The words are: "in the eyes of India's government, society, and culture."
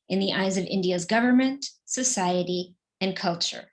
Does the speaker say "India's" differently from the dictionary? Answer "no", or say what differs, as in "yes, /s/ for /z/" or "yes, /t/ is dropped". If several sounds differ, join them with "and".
no